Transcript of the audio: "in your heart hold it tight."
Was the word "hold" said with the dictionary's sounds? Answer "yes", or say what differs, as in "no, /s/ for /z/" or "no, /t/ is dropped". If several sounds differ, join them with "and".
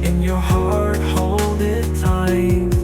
yes